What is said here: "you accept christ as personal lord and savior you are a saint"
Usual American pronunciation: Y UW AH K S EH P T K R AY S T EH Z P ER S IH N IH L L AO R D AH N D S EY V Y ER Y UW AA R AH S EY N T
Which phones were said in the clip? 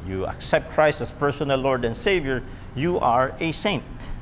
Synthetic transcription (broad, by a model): Y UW AH K S EH P T K R AY S T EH S P ER S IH N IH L L AO R D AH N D S EY V Y ER Y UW AA R AH S EY N T